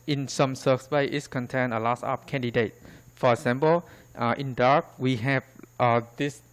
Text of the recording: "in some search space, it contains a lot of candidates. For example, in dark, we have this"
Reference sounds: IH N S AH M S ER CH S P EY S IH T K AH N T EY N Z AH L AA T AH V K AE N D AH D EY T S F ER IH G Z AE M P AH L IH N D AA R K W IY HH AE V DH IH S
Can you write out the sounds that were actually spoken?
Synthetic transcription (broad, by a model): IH N S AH M S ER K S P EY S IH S K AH N T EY N AH L AA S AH P K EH N D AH D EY T F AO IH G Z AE M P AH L IH N D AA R K W IY HH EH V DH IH S